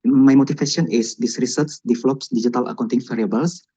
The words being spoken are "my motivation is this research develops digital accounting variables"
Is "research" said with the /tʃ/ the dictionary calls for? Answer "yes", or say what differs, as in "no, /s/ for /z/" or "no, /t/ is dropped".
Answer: no, /s/ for /tʃ/